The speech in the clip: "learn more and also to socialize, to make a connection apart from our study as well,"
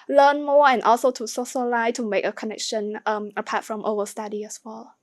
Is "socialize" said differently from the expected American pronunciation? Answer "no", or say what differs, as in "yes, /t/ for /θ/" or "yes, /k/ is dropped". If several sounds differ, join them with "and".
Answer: yes, /z/ is dropped